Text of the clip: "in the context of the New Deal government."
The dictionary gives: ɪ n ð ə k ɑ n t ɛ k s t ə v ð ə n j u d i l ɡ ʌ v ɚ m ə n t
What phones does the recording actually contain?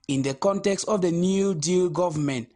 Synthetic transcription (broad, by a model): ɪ n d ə k ɑ n t ɛ k s t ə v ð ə n j u d i l ɡ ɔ v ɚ m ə n t